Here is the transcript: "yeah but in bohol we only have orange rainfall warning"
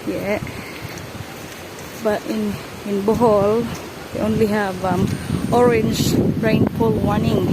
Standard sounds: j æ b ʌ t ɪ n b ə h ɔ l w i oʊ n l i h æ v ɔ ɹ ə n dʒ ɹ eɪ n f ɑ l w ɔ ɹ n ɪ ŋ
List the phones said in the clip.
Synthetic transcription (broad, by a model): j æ b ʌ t ɪ n b ə h ɔ l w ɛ oʊ n l i h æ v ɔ ɹ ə n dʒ ɹ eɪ n p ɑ l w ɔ n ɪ ŋ